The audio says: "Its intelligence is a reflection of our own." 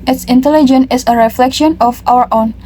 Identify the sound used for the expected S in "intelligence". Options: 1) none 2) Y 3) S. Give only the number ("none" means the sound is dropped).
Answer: 1